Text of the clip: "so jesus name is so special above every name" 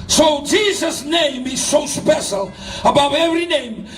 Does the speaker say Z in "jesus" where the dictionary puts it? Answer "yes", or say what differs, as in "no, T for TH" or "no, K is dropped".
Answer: yes